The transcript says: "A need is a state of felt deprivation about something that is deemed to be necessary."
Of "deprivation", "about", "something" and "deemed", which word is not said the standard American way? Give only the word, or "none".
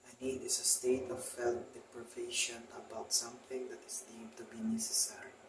deemed